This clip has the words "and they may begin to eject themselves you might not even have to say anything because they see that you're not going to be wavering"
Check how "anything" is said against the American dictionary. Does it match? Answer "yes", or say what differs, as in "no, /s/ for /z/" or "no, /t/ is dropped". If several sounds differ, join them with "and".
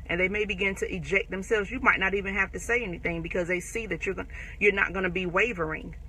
yes